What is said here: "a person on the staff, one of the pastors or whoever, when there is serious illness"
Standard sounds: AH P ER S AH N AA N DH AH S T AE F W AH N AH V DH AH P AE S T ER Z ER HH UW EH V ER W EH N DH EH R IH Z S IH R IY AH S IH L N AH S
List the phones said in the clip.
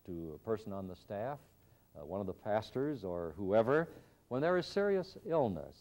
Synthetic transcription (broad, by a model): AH P ER S AH N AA N DH AH S T AE F W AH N AH V DH AH P AE S T ER Z ER HH UW EH V ER W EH N DH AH R IH Z S IH R IY AH S IH L N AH S